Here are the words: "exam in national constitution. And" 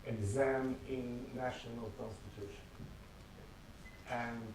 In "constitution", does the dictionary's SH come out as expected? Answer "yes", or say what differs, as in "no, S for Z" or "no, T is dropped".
yes